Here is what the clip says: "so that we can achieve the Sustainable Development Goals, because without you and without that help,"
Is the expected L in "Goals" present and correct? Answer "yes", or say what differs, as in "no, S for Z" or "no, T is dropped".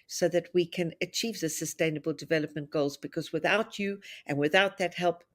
yes